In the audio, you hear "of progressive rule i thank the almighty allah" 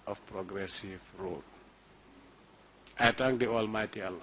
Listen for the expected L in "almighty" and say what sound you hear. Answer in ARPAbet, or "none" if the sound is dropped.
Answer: L